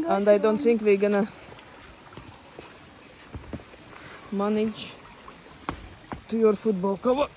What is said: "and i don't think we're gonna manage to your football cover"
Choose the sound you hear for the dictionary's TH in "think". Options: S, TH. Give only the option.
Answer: S